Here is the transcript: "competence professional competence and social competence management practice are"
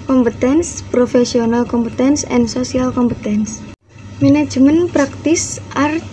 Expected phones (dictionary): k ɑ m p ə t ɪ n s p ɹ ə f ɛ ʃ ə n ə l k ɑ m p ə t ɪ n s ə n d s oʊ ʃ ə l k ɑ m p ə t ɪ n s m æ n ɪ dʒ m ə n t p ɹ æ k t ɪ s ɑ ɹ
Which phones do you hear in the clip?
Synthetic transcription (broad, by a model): k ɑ m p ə t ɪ n s p ɹ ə f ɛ s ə n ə l k ɑ m p ə t ɪ n s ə n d s oʊ s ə l k ɑ m p ə t ɪ n s m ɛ n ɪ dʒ m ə n p ɹ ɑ k t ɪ s ɑ ɹ